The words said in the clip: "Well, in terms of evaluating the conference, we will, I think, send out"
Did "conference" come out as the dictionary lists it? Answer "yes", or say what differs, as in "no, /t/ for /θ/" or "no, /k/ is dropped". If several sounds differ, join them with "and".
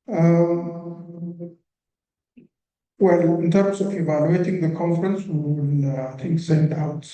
yes